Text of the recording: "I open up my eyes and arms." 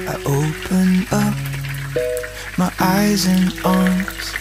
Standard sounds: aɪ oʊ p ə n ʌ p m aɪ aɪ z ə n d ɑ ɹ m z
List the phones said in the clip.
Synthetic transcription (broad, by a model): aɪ oʊ p ə n ʌ p m aɪ aɪ z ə n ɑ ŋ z